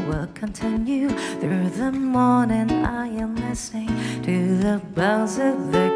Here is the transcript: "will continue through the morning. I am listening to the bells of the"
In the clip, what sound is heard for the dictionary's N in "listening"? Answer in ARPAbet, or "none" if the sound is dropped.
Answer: none